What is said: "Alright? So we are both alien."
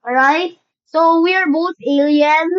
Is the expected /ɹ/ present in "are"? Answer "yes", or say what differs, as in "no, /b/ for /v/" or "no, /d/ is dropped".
yes